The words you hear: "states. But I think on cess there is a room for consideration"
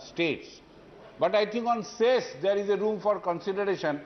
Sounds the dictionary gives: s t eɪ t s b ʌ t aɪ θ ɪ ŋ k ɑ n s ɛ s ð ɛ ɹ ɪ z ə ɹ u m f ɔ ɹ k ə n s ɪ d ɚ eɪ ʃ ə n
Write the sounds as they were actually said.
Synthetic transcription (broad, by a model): s t eɪ t s b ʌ t aɪ t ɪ ŋ k ɑ n s ɛ s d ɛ ɹ ɪ z ə ɹ u m f ɔ ɹ k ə n s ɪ d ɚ eɪ ʃ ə n